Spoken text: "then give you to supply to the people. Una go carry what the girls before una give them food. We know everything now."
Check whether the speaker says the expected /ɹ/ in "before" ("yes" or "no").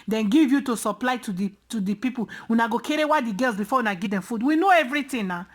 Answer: no